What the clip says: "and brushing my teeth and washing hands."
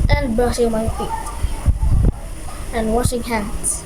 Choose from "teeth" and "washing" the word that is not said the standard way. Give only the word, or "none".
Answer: teeth